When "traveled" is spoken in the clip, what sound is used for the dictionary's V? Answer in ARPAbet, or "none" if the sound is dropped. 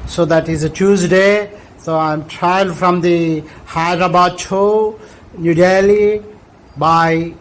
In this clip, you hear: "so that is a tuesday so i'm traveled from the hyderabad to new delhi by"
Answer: none